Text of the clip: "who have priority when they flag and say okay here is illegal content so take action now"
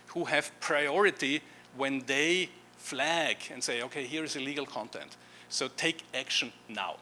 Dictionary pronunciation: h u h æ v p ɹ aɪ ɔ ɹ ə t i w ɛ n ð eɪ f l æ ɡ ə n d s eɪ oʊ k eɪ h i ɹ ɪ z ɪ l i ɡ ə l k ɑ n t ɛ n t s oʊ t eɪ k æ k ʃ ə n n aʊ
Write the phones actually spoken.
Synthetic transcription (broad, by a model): h u h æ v p ɹ aɪ ɔ ɹ ə t i w ɛ n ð eɪ f l æ ɡ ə n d s eɪ oʊ k eɪ h i ɹ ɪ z ɪ l i ɡ ə l k ɑ n t ɛ n t s oʊ t eɪ k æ k ʃ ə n n aʊ